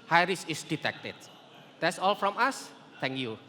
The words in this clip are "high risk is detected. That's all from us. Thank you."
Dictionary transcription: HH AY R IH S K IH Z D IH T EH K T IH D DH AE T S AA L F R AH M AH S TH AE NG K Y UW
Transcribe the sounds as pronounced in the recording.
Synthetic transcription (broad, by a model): HH AY R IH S IH S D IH T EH K T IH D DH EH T S AA L F R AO M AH S T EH NG K Y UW